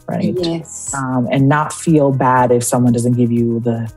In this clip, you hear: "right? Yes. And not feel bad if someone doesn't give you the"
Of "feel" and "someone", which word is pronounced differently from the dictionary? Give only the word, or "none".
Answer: none